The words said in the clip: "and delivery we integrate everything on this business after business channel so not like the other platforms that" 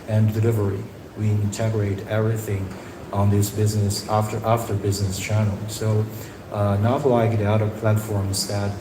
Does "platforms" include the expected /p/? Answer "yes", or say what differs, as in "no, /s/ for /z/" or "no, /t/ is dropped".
yes